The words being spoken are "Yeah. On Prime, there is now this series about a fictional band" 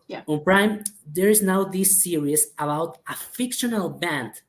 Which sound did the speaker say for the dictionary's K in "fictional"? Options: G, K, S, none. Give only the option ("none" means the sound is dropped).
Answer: K